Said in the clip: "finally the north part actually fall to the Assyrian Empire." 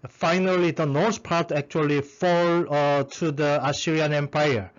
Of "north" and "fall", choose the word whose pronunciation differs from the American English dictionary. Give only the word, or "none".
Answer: north